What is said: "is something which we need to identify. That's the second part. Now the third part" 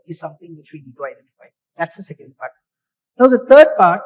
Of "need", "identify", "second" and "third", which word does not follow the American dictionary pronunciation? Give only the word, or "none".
third